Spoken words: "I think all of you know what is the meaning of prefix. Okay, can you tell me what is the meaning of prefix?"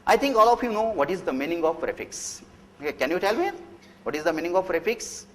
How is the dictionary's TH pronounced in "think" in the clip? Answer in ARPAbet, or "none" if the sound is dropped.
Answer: T